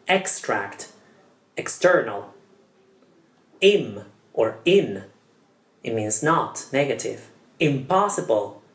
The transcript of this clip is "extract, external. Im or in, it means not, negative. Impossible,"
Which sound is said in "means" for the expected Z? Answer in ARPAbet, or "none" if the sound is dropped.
Z